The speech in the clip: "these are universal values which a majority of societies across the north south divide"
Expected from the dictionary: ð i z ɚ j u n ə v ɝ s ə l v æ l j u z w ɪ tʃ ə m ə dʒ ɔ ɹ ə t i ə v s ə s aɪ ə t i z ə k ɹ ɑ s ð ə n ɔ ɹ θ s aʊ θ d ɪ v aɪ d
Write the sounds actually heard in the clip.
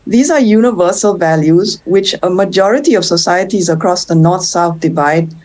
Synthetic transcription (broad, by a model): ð i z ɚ j u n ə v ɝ s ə l v æ l j u z w ɪ tʃ ə m ə dʒ ɔ ɹ ə t i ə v s ə s aɪ ə t i z ə k ɹ ɑ s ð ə n ɔ ɹ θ s aʊ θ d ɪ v aɪ d